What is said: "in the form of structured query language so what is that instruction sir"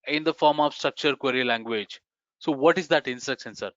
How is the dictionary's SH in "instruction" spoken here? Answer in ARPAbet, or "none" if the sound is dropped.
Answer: S